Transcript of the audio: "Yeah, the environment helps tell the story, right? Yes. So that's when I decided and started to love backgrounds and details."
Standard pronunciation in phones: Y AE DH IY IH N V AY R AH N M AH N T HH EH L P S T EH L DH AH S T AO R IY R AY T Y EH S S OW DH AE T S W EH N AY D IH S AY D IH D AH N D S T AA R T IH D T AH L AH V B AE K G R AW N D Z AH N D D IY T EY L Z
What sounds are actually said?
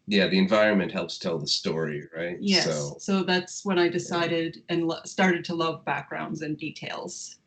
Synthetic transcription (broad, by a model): Y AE DH IY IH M V AY R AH N M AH N T HH EH L P S T EH L DH AH S T AO R IY R AY T Y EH S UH OW DH AE T S W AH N AY D IH S AY D IH D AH N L S T AA R T IH D T AH L AH V B AE K G R AW N D Z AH N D D IY T EY L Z